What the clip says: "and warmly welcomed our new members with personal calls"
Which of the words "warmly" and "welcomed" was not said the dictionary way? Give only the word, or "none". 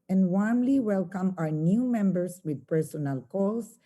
welcomed